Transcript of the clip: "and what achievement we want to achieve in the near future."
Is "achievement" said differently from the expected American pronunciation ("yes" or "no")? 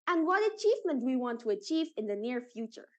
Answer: no